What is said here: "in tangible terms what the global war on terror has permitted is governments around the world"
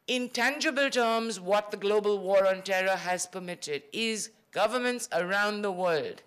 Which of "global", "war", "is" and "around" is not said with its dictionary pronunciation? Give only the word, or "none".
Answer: none